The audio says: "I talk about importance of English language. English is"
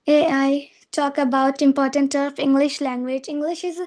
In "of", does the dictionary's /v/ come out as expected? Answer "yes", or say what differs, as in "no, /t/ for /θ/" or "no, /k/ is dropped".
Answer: no, /p/ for /v/